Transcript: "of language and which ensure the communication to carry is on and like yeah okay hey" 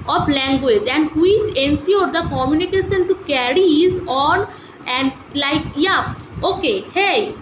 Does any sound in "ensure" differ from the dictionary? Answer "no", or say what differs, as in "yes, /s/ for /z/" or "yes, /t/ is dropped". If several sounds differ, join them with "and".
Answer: yes, /s/ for /ʃ/